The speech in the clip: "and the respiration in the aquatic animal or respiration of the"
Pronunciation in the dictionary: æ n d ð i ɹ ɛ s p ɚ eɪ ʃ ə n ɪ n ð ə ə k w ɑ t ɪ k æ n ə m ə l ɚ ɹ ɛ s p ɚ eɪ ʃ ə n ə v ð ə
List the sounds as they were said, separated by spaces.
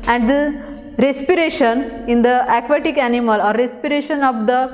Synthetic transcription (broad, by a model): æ n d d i ɹ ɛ s p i eɪ ʃ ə n ɪ n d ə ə k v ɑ t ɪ k æ n ə m ə l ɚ ɹ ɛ s p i eɪ ʃ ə n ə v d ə